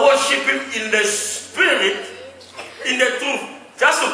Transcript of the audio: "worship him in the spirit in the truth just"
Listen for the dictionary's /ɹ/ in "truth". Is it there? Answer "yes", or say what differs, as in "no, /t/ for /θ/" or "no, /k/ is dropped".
no, /ɹ/ is dropped